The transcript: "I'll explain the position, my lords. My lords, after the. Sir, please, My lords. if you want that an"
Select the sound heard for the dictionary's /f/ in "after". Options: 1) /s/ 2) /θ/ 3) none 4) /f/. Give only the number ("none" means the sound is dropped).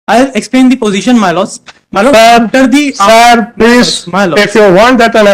3